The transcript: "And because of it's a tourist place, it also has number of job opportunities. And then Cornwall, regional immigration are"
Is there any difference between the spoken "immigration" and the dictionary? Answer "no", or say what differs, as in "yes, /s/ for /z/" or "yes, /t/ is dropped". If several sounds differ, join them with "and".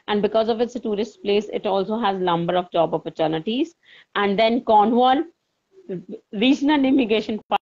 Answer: yes, /ɹ/ is dropped